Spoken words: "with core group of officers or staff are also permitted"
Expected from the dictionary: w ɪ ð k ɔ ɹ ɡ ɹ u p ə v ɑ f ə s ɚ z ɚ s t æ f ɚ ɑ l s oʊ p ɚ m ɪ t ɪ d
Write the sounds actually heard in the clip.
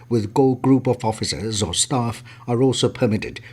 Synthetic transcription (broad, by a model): w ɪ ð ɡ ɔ l ɡ ɹ u p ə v ɑ f ə s ɚ z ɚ s t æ f ɚ ɑ l s oʊ p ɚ m ɪ t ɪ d